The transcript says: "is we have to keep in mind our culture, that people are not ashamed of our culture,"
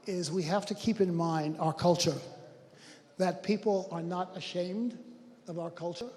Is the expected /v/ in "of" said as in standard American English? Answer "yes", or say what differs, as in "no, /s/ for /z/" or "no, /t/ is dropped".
yes